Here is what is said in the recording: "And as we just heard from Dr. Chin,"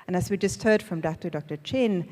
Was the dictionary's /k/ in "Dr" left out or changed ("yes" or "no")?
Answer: no